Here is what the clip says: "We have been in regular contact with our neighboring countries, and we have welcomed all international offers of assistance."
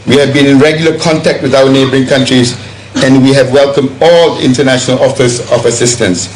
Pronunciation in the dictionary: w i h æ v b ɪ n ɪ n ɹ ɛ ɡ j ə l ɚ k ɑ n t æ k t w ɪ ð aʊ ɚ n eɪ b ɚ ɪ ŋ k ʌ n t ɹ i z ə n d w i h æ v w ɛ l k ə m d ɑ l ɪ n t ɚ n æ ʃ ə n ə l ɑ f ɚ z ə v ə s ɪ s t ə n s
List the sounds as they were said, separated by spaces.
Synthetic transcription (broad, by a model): w i h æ v b ɪ n ɪ n ɹ ɛ ɡ j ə l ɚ k ɑ n t æ k t w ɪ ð aʊ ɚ n eɪ b ɚ ɪ ŋ k ʌ n t ɹ i z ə n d w i h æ v w ɛ l k ə m d ɑ l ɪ n t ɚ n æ ʃ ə n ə l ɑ f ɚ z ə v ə s ɪ s t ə n s